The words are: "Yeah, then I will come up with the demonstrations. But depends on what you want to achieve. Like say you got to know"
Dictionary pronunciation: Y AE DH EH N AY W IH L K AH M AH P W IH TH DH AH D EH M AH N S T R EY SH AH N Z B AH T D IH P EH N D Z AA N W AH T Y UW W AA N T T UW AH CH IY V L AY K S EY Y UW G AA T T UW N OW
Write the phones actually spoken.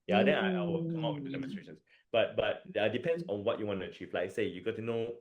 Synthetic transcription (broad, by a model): Y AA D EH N AY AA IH W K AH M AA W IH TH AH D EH M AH N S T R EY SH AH N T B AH T D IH P EH N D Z AA N W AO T Y UW W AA N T T UW AH CH IY V L AY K S EY Y UW G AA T T UW N OW